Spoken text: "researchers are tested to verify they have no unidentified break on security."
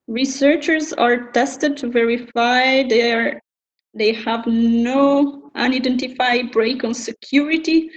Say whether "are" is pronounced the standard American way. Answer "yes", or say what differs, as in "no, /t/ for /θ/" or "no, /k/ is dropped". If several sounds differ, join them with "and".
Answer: yes